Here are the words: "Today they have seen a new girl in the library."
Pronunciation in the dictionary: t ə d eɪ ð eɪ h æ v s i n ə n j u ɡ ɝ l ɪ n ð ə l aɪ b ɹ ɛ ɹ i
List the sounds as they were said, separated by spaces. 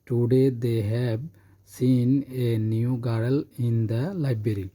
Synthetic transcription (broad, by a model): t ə d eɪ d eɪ h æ b s i n ə n j u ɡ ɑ l ɪ n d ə l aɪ b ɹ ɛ ɹ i